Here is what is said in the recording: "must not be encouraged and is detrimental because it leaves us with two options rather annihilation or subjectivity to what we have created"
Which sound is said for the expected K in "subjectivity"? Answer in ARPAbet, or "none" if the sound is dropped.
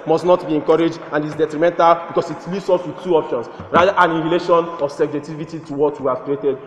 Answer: none